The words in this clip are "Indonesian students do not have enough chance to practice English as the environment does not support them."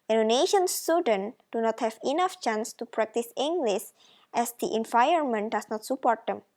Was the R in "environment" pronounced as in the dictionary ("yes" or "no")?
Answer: no